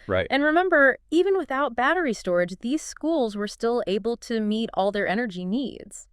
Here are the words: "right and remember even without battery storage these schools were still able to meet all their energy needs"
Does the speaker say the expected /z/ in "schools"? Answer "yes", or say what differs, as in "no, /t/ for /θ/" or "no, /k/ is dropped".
yes